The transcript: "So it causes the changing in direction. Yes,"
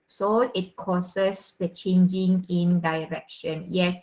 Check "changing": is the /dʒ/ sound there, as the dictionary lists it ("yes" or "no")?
yes